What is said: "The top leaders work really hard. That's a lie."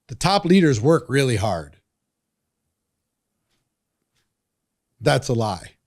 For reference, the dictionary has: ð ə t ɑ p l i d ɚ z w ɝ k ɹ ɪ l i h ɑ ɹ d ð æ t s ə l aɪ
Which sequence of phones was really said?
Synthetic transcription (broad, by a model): ð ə t ɑ p l i d ɚ z w ɝ k ɹ ɪ l i h ɑ ɹ d ð æ t s ə l aɪ